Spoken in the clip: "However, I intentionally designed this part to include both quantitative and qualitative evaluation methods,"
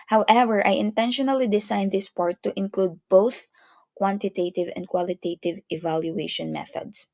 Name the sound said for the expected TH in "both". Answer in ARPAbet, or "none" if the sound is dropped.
TH